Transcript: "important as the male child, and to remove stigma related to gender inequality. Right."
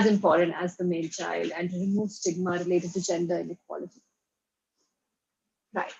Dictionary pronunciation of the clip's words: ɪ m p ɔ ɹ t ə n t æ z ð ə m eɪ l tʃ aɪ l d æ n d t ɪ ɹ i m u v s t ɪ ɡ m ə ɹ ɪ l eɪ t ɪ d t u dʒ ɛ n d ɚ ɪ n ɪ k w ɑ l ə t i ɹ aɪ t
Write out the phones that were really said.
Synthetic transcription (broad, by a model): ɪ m p ɔ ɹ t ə n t æ z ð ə m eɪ n tʃ aɪ l d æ n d t ɪ m u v s t ɪ ɡ m ə ɹ ɪ l eɪ t ɪ d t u dʒ ɛ n d ɚ ɪ n ɪ k w ɑ l ə t i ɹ aɪ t